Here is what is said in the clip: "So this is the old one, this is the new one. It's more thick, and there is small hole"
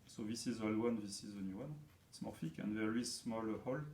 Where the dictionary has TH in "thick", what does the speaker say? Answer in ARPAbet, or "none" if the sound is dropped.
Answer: F